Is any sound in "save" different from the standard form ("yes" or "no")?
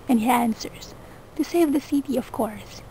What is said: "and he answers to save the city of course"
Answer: no